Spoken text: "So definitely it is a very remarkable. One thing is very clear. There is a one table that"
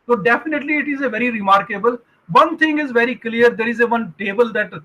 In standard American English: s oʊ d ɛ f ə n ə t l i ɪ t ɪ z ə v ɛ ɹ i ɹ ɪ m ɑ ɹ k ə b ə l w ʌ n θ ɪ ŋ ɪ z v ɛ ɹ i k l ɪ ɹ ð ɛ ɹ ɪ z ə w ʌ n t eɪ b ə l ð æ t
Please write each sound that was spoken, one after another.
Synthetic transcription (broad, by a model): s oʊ d ɛ f ə n ə t l i ɪ t ɪ z ə v ɛ ɹ i ɹ ɪ m ɑ ɹ k ə b ə l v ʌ n t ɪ ŋ ɪ z v ɛ ɹ i k l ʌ ɹ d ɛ ɹ ɪ z ə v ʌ n t eɪ b ə l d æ t